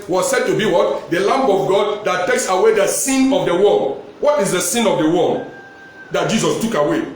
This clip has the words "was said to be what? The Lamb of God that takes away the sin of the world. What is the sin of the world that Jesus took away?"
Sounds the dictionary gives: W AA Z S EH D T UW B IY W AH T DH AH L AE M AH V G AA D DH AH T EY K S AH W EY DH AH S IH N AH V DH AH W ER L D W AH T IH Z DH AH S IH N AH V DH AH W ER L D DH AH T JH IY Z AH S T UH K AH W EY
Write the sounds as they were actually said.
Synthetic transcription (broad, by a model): W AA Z S EH D T UW B IY W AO T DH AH L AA M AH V G AA D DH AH T EY K S AH W EY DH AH S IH N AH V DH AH W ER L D W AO T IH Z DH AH S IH N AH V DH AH W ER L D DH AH T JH IY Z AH S T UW K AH W EY